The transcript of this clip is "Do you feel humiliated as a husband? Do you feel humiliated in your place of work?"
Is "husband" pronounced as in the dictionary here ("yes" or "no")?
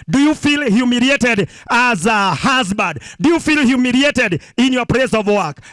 no